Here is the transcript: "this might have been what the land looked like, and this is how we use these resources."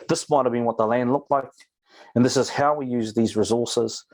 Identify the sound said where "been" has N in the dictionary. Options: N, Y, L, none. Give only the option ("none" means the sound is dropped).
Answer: N